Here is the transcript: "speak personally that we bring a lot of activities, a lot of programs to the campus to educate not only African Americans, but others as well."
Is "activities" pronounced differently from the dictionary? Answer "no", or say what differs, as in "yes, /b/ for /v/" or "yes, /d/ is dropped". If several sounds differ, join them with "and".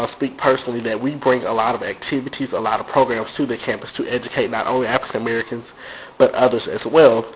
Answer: no